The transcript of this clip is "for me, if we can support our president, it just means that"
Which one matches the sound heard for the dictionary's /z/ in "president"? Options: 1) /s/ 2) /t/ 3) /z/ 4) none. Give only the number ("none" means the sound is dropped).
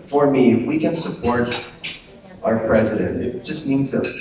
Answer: 3